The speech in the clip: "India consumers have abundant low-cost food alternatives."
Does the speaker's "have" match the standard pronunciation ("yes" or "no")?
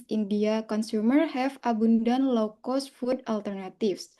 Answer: no